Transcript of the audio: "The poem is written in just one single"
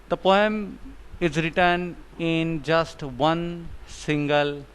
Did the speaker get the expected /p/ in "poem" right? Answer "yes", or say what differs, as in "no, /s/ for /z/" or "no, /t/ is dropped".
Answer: yes